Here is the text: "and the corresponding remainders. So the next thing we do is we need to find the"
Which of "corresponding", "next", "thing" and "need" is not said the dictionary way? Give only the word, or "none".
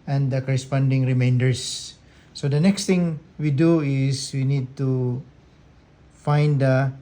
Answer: thing